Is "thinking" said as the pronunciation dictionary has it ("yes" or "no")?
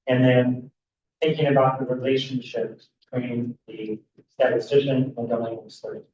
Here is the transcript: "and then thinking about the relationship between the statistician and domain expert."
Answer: yes